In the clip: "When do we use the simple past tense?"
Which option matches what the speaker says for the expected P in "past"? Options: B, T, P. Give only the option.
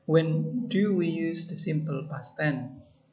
B